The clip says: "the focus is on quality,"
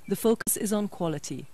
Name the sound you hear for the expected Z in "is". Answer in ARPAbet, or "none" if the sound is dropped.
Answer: Z